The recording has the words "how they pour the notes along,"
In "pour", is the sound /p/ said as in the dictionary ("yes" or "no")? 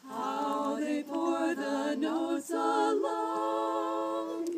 no